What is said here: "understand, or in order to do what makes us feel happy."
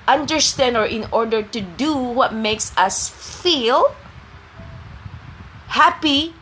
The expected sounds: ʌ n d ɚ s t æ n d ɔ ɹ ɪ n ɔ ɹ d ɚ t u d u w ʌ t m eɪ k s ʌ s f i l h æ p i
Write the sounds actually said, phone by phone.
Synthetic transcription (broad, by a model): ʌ n d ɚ s t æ n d ɔ ɹ ɪ n ɔ ɹ d ɚ t u d u w ʌ t m eɪ k s ʌ s f i l h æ p i